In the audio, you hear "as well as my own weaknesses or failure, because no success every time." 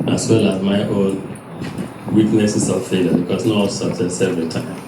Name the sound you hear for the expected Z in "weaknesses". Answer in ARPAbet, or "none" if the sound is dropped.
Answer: S